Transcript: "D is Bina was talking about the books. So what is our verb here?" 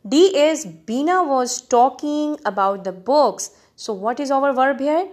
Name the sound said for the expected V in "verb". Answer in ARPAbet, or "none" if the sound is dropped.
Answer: V